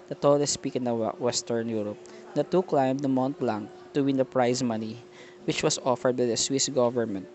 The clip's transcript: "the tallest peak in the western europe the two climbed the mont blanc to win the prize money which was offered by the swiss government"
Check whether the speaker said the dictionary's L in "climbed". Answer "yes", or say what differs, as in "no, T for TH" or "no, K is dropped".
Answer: yes